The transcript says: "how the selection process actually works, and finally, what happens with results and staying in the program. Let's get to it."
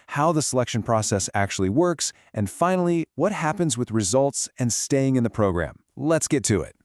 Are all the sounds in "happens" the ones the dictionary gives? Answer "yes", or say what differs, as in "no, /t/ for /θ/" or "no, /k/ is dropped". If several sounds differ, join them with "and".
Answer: yes